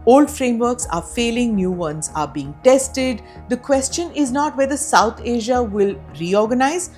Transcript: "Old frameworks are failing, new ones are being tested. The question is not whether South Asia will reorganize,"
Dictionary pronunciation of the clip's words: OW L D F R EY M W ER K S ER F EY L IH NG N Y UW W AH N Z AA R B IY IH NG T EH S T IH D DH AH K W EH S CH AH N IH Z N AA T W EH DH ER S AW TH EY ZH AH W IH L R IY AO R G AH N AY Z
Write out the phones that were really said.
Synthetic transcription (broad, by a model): OW L D F R EY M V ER K S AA F EY L IH NG N Y UW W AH N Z AA R B IY IH NG T EH S T IH D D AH K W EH S CH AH N IH Z N AA T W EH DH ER S AW T EY ZH AH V IH L R IY AO R G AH N AY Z